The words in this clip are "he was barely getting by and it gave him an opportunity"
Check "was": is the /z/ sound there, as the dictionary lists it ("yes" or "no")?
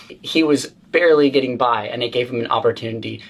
yes